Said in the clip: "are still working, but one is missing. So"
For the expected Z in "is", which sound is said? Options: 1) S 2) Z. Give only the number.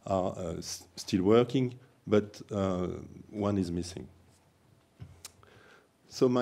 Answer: 2